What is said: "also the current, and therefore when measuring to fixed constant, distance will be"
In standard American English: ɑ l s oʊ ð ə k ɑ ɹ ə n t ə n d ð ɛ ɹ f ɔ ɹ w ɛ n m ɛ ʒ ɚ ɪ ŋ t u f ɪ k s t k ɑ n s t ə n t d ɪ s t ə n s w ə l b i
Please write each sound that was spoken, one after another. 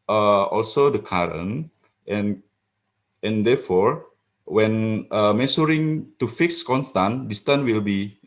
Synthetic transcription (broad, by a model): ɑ l s oʊ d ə k ɑ ɹ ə n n ə n d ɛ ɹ f ɔ ɹ w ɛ n m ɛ s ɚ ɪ ŋ t u f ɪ k s k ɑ n s t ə n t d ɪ s t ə n w ə l b i